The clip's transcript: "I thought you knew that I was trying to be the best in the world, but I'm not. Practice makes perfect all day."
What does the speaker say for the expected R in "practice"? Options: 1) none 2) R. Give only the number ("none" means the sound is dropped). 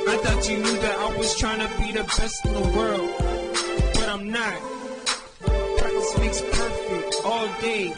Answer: 1